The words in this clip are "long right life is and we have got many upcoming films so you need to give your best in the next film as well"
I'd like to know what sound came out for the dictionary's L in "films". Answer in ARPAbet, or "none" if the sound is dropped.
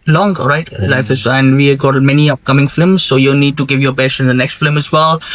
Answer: none